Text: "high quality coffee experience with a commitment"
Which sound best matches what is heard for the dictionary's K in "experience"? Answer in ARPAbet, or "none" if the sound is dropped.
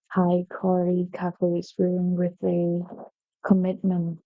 none